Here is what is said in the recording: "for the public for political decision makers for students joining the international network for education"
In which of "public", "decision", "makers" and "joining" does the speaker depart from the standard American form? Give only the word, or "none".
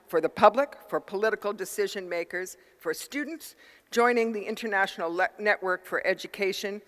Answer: none